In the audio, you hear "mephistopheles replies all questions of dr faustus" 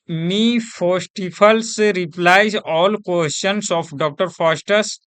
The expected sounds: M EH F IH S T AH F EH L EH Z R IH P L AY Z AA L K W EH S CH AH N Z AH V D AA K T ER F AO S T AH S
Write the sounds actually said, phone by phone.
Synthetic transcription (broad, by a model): M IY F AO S T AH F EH L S R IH P L AY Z AA L K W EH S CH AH N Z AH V D AA K T ER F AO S T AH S